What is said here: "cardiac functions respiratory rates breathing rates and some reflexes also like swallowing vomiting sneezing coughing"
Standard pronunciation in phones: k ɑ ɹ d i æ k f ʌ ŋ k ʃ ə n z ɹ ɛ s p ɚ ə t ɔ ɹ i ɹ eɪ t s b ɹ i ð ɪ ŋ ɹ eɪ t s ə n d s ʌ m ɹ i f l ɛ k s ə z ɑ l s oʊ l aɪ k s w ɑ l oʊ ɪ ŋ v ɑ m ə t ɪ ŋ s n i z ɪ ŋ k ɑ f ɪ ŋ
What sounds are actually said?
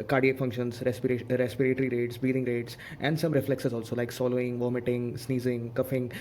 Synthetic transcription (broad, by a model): k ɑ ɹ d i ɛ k f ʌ ŋ k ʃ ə n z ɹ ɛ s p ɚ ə t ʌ ɹ i ɹ eɪ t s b i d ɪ ŋ ɹ eɪ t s ə n d s ʌ m ɹ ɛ f l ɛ k s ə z ɑ l s oʊ l aɪ k s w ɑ l oʊ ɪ ŋ v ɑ m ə t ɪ ŋ s n i z ɪ ŋ k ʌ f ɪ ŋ